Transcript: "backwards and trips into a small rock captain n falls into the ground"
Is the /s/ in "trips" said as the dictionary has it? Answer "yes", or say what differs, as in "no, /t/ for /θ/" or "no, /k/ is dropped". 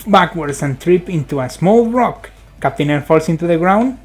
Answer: no, /s/ is dropped